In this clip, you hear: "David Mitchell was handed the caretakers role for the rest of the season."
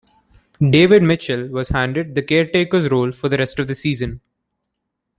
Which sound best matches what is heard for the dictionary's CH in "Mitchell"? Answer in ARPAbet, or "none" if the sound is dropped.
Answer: CH